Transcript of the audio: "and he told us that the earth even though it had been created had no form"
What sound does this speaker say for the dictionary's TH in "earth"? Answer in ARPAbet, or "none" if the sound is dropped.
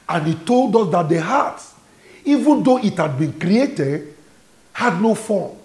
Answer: S